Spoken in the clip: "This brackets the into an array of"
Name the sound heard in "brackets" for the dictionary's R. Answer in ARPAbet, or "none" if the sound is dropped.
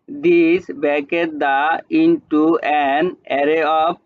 none